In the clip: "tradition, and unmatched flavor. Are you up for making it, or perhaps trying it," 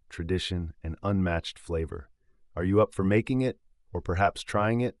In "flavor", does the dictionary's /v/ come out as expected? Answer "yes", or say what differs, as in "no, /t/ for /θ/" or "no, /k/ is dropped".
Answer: yes